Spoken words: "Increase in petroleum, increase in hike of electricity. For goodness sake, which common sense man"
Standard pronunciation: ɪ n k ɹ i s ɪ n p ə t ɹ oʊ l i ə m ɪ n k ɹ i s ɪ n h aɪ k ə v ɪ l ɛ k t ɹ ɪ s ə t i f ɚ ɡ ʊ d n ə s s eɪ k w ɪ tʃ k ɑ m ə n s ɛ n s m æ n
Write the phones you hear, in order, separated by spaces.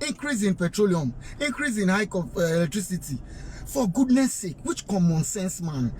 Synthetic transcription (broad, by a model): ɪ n k ɹ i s ɪ n p ə t ɹ oʊ l i ə m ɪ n k ɹ i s ɪ n h aɪ k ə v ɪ l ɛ k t ɹ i s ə t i f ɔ ɡ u d n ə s s eɪ k w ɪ tʃ k ɑ m ə n s ɛ n s m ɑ n